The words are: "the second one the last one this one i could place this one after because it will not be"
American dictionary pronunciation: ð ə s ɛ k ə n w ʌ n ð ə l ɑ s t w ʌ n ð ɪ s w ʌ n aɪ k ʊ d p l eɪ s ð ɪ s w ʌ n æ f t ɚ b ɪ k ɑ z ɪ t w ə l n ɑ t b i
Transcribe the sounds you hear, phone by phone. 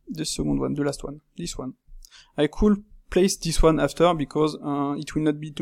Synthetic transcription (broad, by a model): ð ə s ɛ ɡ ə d w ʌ n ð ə l ɑ s t w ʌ n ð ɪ s w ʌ n aɪ k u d p l eɪ s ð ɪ s w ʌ n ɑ f t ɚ b ɪ k ɑ z ɪ t w ə l n ɑ t b i